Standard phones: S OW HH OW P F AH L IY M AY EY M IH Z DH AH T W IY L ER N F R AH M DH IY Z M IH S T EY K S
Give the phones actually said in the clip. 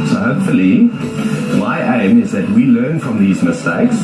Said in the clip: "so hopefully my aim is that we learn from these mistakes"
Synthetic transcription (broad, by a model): S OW HH OW P F AH L IY M AY EY M IH Z DH AH T W IY L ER N F R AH M DH IY Z M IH S T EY K S